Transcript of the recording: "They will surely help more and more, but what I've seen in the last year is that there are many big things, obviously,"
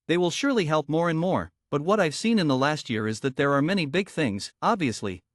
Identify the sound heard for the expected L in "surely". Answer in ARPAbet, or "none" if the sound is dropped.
L